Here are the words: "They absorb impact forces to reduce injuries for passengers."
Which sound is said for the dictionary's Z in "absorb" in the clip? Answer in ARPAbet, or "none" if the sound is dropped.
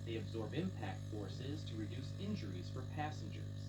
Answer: Z